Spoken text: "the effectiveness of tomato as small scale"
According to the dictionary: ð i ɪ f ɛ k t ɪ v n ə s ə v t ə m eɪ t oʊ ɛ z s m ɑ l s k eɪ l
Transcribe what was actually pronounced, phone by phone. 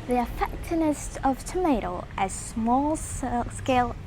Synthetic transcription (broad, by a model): ð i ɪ f ɛ k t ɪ n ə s ə v t ə m eɪ t oʊ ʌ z s m ɑ l s k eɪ l